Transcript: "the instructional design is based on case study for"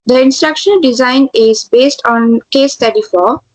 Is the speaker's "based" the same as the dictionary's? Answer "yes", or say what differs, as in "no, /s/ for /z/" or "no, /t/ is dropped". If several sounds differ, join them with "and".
yes